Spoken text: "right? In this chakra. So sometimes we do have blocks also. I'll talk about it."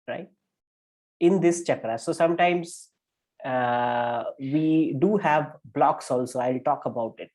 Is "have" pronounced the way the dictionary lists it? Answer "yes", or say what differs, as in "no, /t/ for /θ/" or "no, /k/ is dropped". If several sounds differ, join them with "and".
yes